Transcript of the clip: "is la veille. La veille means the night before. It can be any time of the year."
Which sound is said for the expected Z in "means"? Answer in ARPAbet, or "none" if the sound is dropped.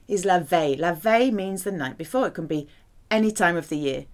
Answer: Z